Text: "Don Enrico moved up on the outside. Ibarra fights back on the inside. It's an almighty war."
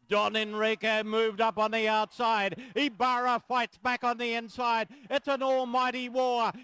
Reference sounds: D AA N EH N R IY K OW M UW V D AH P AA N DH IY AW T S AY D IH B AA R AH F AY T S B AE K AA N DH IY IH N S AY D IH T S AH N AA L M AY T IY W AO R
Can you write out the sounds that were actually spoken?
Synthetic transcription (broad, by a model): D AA N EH N R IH K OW M UW V D AH P N DH IY AW T S AY D IH B AA R AH F AY T S B AE K N DH IY IH N S AY D IH T S AH N AA L M AY T IY W AO R